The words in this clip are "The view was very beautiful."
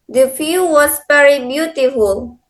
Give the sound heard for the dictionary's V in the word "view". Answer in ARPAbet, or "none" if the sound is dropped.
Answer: F